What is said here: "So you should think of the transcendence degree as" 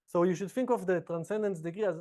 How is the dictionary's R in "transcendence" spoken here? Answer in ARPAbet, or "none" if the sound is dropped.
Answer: R